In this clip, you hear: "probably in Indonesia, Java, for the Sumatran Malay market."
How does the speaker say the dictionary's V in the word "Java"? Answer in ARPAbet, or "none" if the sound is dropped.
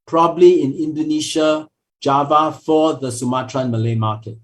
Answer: V